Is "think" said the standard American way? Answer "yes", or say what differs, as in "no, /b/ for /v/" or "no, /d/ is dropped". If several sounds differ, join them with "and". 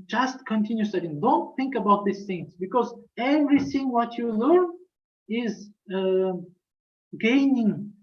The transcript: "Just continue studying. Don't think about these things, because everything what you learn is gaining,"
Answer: yes